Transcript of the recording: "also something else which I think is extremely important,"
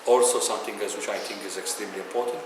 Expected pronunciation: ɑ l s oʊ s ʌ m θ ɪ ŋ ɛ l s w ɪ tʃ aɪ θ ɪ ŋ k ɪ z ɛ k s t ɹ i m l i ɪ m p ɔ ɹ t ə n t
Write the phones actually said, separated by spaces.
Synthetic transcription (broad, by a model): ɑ l s oʊ s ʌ m t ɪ ŋ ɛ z w ɪ tʃ aɪ t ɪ ŋ k ɪ z ɛ k s t ɹ i m l i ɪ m p ɔ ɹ t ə n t